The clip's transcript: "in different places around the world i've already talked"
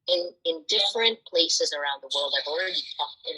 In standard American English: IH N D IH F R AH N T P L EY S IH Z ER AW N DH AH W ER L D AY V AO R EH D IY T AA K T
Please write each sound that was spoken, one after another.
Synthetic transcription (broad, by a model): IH N D IH F R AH N P L EY S IH Z ER AW N DH AH W ER L D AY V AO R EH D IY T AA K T